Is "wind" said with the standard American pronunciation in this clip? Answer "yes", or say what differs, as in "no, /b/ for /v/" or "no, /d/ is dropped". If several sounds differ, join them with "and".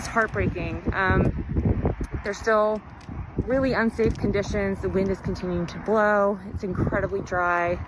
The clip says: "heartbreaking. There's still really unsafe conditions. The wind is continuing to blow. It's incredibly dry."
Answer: yes